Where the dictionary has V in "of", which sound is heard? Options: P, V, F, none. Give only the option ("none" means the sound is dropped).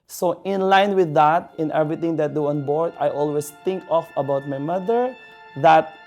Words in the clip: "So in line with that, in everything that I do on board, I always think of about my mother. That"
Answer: F